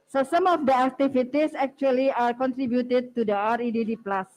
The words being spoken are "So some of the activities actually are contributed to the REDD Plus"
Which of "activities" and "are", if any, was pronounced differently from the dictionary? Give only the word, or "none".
activities